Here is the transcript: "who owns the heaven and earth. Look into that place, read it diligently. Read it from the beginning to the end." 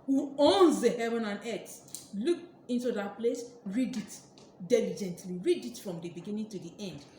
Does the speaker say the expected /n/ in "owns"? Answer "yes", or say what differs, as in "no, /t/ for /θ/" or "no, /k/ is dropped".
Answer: yes